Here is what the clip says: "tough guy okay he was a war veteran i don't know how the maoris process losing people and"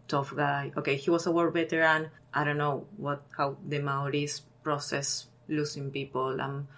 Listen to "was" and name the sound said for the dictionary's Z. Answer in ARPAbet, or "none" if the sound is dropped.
S